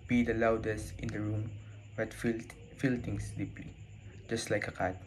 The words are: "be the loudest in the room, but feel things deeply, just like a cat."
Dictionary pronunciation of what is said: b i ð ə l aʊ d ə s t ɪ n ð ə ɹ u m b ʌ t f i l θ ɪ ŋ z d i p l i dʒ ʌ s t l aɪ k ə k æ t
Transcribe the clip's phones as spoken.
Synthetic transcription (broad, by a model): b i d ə l aʊ d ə s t ɪ n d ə ɹ u m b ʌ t f i l t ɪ ŋ s d i p l i dʒ ʌ s t l aɪ k ə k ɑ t